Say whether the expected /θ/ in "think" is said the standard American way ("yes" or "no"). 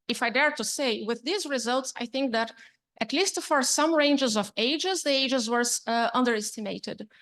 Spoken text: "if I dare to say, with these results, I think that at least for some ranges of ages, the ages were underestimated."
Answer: yes